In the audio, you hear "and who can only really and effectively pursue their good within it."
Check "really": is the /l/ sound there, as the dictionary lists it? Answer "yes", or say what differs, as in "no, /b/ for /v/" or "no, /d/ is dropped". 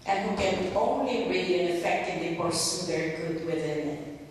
no, /l/ is dropped